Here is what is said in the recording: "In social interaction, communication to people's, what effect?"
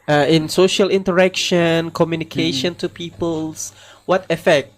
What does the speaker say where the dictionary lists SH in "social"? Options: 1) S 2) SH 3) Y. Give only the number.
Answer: 2